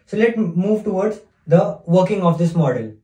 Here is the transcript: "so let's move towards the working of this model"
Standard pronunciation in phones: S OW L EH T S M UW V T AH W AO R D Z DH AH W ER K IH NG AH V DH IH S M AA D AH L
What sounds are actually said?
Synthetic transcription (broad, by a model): S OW L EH T M UW V T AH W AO R D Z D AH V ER K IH NG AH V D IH S M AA D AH L